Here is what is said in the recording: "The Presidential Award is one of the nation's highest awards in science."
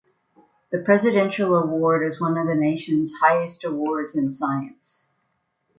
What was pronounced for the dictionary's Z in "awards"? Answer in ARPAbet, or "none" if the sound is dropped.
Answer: Z